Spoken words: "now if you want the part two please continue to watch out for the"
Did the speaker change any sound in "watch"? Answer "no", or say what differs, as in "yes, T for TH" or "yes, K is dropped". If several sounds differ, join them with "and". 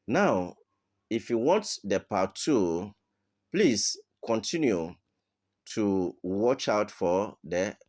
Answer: no